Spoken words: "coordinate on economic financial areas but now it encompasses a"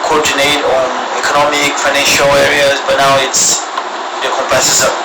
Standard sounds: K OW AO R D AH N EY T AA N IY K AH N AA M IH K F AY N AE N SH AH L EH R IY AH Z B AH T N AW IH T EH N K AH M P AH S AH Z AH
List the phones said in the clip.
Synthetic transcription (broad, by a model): K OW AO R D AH N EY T AA N IY K AH N AA M IH K F AY N AE N SH AH L EH R IY AH Z B AH T N AW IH T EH K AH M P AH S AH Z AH